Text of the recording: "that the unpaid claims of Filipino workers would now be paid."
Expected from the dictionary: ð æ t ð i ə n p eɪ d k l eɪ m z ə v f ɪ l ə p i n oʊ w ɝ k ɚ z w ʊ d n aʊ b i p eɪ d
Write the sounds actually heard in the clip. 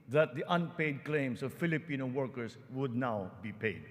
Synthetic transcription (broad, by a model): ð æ t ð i ə n p eɪ d k l eɪ m s ə v f ɪ l ə p i n oʊ w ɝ k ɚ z w ʊ d n aʊ b i p eɪ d